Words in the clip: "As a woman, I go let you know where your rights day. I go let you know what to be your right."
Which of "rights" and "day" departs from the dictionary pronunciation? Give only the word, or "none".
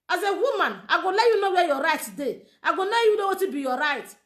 rights